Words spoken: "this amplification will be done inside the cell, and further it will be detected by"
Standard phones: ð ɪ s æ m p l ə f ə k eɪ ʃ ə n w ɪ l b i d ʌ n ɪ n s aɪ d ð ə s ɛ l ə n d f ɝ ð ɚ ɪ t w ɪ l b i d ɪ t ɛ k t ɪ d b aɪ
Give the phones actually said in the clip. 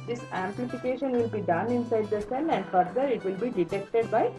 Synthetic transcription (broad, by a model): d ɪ s æ m p l ə f ə k eɪ ʃ ə n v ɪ l b i d ʌ n ɪ n s aɪ d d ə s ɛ n ə n d f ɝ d ɚ ɪ t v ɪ l b i d ɪ t ɛ k t ɪ d b aɪ